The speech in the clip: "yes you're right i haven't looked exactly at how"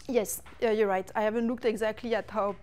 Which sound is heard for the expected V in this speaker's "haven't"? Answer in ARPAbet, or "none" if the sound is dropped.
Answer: V